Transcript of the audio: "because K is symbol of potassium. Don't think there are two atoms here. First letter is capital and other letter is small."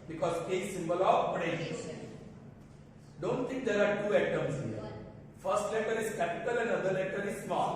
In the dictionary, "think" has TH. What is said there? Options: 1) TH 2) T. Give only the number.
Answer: 2